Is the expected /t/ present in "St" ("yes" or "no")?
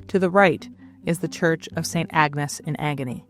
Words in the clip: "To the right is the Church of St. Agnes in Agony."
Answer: yes